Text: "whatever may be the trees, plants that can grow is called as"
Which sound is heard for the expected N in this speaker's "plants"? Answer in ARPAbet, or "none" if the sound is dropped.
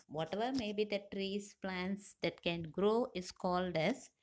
N